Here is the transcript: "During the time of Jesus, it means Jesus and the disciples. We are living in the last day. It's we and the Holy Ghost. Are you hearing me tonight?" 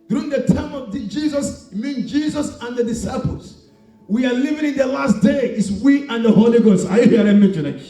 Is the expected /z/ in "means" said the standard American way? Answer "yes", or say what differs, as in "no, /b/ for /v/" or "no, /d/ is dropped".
no, /z/ is dropped